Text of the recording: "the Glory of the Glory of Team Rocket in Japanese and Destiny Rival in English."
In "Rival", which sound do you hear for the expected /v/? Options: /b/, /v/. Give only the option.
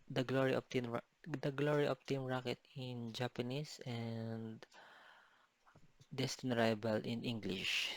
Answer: /b/